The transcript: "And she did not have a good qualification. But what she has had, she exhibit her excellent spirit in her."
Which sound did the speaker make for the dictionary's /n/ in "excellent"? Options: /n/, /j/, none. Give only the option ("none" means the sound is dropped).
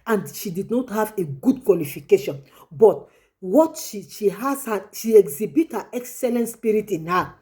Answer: /n/